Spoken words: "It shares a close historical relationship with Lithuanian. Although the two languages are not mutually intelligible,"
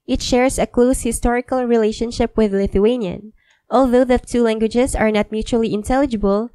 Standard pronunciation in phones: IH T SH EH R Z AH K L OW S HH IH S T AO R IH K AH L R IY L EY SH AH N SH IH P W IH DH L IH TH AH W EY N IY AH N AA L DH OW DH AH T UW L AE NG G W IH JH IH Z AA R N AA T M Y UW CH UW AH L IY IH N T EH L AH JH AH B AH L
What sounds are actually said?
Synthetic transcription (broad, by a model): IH T SH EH R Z AH K L OW S HH IH S T AO R IH K AH L R IY L EY SH AH N SH IH P W IH DH L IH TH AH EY N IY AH N AA L DH OW DH AH T UW L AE NG G W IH JH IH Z AA R N AA T M Y UW CH UW AH L IY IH N T EH L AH JH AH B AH L